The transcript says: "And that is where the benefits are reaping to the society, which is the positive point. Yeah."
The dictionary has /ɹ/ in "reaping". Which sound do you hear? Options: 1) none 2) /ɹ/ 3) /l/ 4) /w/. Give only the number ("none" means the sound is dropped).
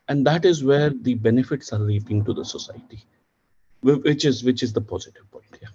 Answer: 3